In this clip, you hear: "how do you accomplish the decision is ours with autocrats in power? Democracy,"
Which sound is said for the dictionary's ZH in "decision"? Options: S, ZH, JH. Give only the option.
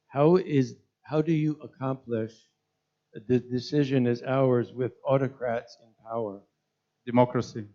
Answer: ZH